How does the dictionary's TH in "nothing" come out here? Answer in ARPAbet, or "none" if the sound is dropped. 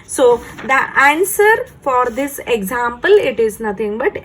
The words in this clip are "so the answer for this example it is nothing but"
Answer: T